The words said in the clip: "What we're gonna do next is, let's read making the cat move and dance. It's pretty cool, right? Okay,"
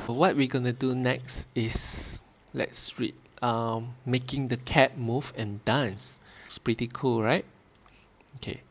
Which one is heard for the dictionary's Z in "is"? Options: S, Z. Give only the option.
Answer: S